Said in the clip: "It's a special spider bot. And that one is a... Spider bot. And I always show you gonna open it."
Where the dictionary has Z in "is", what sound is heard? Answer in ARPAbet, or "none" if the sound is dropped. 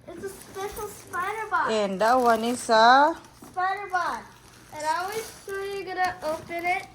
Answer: S